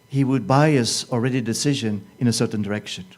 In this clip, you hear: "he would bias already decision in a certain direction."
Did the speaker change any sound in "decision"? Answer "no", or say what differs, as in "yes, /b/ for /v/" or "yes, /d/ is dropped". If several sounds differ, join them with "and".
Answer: no